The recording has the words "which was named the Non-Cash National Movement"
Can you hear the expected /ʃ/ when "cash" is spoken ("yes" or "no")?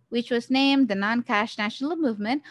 yes